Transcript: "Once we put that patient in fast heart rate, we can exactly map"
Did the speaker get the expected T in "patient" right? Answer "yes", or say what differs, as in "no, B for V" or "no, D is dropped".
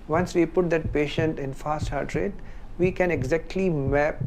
yes